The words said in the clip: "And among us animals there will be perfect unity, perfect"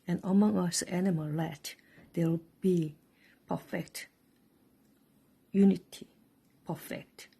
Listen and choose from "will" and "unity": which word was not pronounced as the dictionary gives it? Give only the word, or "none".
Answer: will